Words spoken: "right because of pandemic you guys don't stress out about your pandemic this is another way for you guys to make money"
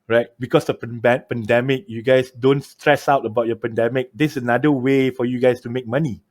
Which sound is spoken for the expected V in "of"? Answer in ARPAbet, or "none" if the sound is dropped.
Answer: B